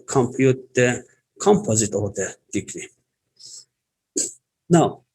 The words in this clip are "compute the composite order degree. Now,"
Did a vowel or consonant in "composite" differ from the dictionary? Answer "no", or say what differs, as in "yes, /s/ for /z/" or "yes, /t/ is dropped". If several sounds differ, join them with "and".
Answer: no